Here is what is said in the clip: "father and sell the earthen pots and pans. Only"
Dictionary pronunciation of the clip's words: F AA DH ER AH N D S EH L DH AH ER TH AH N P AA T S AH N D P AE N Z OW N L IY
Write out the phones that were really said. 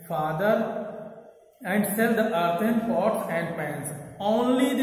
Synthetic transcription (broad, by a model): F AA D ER AH N D S EH L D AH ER T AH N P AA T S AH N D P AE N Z OW N L IY